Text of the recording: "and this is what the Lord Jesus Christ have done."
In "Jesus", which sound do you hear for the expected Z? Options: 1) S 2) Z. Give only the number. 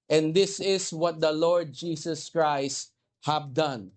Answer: 1